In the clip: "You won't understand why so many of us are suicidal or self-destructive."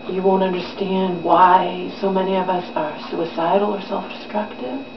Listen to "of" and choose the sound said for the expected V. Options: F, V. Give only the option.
V